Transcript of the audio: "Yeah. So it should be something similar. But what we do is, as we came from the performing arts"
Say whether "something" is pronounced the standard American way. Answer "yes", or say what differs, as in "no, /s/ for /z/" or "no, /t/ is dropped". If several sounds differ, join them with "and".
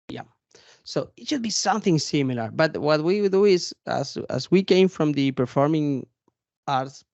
yes